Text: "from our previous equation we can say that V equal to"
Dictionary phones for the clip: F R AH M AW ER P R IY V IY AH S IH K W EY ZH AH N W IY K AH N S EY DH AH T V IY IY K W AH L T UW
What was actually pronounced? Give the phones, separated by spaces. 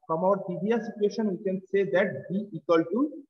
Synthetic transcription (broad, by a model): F R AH M AW ER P IY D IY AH S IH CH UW EY SH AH N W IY K AH N S EY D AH T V IY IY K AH L T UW